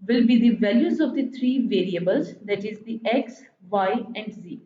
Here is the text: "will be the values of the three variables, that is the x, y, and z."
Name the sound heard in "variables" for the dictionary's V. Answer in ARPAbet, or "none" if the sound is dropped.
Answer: V